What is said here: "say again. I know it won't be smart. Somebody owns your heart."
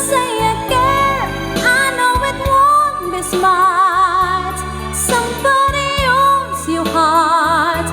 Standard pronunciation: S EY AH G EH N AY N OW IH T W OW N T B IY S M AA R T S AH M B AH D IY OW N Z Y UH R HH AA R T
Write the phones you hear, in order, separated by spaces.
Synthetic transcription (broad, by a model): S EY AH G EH AY N OW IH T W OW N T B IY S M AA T S AH M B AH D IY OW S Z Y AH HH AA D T